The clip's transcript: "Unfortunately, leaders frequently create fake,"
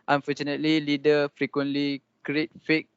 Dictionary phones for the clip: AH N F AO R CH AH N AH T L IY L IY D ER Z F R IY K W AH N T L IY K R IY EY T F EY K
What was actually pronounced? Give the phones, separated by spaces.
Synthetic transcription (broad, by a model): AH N F AO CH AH N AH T L IY L IY D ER F R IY K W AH N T L IY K R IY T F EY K